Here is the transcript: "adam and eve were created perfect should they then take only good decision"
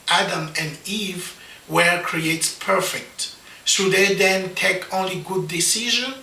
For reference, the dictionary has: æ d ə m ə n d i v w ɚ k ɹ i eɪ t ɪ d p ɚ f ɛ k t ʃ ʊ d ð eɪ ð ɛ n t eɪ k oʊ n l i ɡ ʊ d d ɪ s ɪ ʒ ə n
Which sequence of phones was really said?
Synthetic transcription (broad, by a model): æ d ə m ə n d i v w ɚ k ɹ i eɪ t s p ɚ f ɛ k t s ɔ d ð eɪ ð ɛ n t eɪ k oʊ n l i ɡ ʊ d d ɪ s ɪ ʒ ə n